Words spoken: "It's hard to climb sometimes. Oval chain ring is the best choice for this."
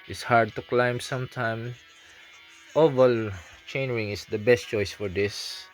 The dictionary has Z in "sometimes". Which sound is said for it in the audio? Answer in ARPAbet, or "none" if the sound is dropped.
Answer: none